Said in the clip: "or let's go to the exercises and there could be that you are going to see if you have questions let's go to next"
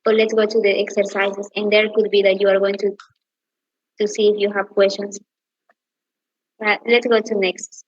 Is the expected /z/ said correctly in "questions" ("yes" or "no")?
no